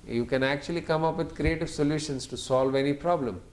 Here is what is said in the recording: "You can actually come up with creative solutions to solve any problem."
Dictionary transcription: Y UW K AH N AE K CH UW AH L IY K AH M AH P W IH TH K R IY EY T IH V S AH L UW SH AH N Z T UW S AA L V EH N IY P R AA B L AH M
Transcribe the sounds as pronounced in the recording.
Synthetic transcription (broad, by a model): Y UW K AH N AE K CH UW AH L IY K AH M AH P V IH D K R IY EY T IH V S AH L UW SH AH N S T UW S AA L V EH N IY P R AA B L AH M